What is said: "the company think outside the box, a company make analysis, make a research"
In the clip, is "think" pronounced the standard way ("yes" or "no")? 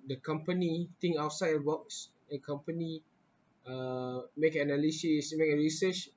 no